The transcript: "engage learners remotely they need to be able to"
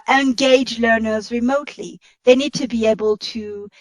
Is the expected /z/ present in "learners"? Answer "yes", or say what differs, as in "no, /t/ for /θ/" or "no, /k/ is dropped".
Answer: yes